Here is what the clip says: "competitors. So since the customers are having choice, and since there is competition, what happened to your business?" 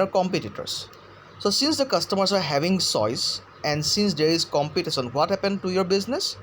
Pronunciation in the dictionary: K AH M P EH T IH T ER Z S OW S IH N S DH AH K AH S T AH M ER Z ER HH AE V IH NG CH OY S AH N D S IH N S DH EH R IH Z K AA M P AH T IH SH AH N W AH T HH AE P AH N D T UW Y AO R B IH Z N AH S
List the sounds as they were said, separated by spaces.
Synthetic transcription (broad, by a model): K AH M P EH T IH T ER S S OW S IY N S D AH K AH S T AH M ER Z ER HH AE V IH NG S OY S AH N D S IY N S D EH R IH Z K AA M P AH T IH S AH N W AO T HH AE P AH N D T UW Y AO R B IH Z N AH S